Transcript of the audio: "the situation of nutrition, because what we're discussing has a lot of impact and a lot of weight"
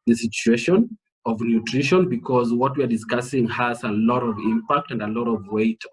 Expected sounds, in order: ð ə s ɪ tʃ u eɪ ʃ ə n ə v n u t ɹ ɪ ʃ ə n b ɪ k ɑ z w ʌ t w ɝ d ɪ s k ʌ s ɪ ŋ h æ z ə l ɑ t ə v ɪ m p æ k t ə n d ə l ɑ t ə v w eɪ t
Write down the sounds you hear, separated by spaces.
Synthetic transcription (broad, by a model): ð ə s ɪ tʃ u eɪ ʃ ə n ə v n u t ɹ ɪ ʃ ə n b ɪ k ɑ z w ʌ t w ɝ d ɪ s k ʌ s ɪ ŋ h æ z ə l ɑ t ə v ɪ m p æ k t ə n d ə l ɑ t ə v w eɪ t